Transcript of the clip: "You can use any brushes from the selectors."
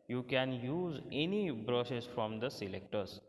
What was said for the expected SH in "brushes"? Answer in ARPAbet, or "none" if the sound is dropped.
S